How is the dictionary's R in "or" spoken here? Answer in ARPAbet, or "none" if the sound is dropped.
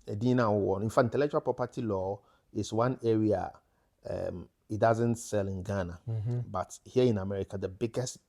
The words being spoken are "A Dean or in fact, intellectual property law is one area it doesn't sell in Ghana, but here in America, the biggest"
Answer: W